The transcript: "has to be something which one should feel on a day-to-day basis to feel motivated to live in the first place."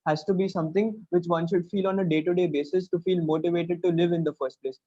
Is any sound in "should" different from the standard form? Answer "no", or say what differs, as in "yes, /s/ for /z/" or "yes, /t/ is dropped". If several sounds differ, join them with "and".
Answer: no